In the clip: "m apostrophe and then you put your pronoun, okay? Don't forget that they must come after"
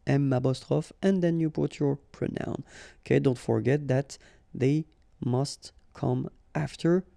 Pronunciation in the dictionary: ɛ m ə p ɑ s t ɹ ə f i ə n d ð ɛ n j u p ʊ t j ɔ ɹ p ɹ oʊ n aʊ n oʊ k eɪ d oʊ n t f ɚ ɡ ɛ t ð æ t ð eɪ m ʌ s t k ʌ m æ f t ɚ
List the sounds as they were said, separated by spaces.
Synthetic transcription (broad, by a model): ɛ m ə b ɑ s t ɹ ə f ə n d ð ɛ n j u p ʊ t j ɔ ɹ p ɹ oʊ n aʊ n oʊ k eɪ d oʊ n t f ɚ ɡ ɛ t ð æ t ð eɪ m ʌ s t k ʌ m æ f t ɚ